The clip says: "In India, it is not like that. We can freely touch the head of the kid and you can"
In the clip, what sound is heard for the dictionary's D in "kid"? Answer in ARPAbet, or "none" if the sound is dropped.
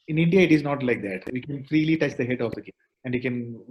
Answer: none